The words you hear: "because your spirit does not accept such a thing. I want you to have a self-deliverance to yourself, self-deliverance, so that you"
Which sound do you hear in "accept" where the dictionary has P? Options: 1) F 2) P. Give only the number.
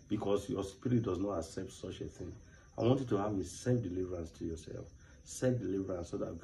2